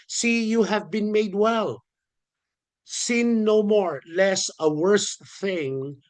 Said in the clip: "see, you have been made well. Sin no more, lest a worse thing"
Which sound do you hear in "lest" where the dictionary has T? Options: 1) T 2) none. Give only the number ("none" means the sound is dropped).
2